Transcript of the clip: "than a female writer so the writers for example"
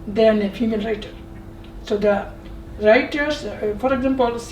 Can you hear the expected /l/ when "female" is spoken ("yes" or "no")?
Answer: no